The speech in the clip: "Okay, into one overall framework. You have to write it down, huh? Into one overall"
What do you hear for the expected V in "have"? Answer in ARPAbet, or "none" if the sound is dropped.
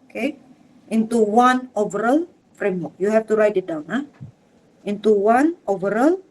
F